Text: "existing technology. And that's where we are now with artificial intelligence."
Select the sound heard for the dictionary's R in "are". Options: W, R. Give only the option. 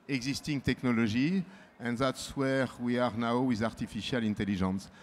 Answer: R